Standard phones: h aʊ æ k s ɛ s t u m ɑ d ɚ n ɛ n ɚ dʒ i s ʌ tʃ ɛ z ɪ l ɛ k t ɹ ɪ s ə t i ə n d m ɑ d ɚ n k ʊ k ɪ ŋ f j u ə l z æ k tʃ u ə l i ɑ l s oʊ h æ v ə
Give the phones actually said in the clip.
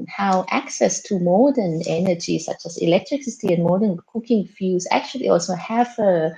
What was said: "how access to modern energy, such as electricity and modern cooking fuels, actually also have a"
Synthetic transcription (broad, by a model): h aʊ æ k s ɛ s t u m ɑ d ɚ n ɛ n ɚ dʒ i s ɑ tʃ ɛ s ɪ l ɛ k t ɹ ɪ s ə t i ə n m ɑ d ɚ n k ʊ k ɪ ŋ f j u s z æ k tʃ u ə l i ɑ l s oʊ h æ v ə